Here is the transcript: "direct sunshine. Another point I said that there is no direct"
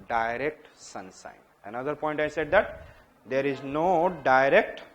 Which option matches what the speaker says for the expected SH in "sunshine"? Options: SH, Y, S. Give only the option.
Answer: S